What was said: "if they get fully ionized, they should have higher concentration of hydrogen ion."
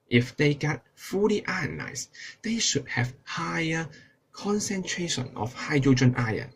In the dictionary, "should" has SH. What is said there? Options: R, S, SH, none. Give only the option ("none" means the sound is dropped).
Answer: SH